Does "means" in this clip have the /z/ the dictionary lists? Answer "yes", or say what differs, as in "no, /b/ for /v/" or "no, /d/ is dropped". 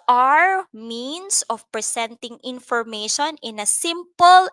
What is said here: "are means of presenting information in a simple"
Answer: no, /s/ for /z/